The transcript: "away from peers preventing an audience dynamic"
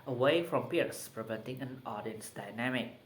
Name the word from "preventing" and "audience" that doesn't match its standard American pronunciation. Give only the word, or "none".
none